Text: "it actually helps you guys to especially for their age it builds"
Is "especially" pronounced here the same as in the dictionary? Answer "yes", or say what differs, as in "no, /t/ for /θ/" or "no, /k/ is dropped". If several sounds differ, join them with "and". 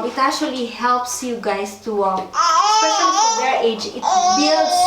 no, /s/ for /ʃ/